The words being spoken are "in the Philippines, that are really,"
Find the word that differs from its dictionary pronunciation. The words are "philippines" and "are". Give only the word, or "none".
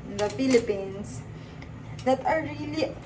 philippines